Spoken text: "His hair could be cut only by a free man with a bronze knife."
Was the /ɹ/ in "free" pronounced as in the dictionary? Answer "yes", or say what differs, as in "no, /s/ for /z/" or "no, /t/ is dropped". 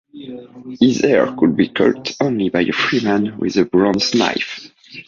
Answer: yes